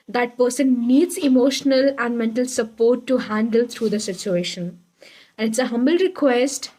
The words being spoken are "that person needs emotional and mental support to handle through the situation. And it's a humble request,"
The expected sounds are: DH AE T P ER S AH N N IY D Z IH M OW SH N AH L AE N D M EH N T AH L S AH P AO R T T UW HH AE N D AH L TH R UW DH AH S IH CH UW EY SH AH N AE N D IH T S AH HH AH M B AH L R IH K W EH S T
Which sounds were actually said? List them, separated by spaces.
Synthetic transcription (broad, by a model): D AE T P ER S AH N N IY D Z IH M OW SH N AH L AE N D M EH N T AH L S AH P AO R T T UW HH AE N D AH L T R UW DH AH S IH CH UW EY SH AH N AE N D IH T S AH HH AH M B AH L R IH K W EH S T